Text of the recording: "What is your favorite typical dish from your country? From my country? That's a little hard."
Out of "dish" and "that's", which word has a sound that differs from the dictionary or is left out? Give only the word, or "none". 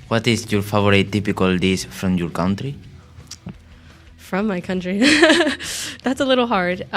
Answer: dish